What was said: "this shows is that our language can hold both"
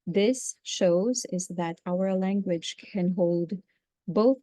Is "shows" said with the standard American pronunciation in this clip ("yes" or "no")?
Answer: yes